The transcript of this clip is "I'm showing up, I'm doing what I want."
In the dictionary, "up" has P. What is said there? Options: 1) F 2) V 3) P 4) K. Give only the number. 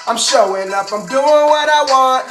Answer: 1